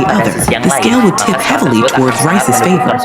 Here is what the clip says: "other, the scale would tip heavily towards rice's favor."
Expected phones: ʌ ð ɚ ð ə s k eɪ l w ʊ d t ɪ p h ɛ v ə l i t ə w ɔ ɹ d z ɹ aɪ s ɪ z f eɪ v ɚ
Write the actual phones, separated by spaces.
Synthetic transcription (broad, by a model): ʌ ð ɚ ð ə s k eɪ l w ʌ d t ɪ p h ɛ v l i t ə w ɔ ɹ d z ɹ aɪ s ɪ z f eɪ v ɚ